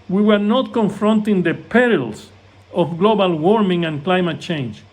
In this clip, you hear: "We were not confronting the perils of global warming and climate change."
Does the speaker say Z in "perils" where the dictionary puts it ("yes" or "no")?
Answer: no